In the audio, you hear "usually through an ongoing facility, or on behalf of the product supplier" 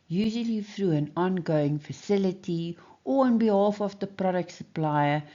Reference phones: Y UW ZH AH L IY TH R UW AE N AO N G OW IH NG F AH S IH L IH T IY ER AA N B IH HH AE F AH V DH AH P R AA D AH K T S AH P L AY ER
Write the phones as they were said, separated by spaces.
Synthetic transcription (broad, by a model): Y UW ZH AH L IY F R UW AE N AO N G OW IH NG F AH S IH L IH T IY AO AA N B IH HH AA F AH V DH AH P R AA D AH K T S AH P L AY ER